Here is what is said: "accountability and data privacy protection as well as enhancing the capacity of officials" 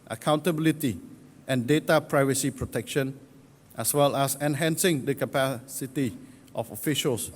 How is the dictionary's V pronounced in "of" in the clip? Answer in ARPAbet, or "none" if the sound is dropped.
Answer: F